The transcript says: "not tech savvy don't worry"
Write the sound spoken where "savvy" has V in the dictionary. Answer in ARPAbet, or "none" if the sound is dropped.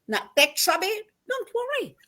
B